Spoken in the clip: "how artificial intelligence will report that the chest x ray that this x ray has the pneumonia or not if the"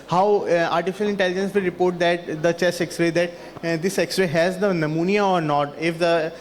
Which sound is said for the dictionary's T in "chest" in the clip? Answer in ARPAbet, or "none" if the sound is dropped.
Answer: none